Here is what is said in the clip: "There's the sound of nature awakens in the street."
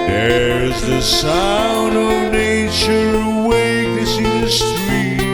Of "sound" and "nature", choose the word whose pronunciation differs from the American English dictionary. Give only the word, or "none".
none